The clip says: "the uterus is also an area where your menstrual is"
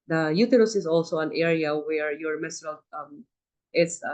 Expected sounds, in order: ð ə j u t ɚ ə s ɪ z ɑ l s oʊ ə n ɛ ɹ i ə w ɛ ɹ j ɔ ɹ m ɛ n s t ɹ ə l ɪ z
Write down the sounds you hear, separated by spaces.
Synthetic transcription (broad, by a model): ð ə j u t ɚ ə s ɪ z ɑ l s oʊ ə n ɛ ɹ i ə w ɛ ɹ j ɔ ɹ m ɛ s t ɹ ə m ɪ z